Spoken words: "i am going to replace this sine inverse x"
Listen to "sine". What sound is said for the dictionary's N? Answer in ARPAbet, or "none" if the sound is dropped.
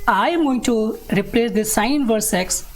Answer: none